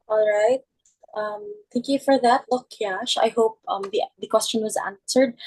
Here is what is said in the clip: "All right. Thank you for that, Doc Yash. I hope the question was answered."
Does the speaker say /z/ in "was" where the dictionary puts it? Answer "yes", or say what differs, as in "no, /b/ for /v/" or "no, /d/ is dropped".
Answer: yes